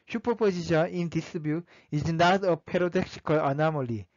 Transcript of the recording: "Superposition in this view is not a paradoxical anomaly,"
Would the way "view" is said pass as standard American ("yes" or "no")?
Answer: no